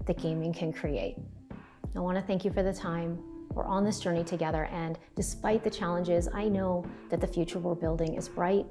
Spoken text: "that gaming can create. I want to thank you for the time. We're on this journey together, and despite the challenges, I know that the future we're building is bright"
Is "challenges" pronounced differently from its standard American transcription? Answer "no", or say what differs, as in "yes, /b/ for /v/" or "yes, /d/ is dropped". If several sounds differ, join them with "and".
no